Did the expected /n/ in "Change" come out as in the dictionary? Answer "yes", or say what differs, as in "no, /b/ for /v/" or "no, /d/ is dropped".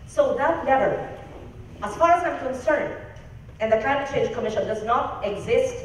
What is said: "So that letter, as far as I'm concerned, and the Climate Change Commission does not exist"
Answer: no, /n/ is dropped